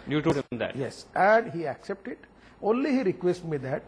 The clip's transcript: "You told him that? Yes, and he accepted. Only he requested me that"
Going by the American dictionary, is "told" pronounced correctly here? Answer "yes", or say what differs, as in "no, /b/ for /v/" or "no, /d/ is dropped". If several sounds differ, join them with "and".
no, /l/ is dropped